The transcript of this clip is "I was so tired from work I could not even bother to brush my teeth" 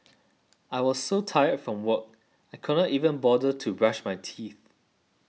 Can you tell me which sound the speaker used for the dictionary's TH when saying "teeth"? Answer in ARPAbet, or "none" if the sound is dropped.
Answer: TH